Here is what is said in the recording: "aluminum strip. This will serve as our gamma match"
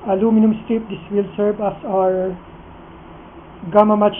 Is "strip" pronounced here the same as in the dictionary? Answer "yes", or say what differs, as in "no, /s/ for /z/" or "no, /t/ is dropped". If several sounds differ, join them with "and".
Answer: no, /ɹ/ is dropped